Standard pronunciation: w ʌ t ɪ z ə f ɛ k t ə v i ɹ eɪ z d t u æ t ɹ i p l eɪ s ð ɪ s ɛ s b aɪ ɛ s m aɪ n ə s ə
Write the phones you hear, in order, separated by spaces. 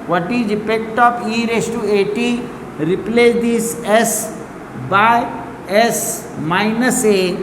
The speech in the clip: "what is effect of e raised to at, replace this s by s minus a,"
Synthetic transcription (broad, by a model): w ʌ t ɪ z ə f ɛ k t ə p i ɹ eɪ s t u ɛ t ɹ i p l eɪ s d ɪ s ɛ s b aɪ ɛ s m aɪ n ə s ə